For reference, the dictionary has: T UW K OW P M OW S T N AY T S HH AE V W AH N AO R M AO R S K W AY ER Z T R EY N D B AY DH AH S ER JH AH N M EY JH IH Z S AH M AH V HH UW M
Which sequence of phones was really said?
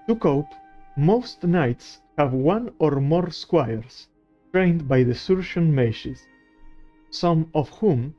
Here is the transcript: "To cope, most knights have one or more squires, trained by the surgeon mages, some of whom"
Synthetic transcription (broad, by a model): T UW K OW P M OW S T N AY T S HH AE V W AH N AO R M AO R S K W AY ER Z T R EY N D B AY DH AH S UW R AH N M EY SH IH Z S AH M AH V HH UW M